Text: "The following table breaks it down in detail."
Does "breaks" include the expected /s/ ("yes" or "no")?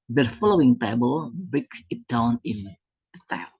no